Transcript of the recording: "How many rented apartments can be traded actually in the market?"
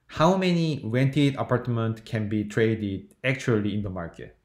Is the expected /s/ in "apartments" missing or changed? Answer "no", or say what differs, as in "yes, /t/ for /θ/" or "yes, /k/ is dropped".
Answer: yes, /s/ is dropped